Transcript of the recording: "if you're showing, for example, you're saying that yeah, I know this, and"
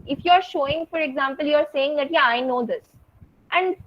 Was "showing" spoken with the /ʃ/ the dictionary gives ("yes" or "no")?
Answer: yes